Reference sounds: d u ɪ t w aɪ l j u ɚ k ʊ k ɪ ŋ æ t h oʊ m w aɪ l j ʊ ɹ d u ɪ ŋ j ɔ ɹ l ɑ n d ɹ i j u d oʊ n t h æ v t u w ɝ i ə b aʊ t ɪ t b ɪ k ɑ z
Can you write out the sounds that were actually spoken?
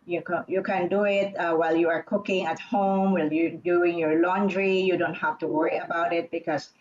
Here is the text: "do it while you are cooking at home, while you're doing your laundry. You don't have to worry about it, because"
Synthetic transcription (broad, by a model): d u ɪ t w aɪ l j u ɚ k ʊ k ɪ ŋ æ t h oʊ m w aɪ l j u d u ɪ ŋ j ɔ ɹ l ɑ n d ɹ i j u d oʊ n t h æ f t u w ɝ i ə b aʊ t ɪ t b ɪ k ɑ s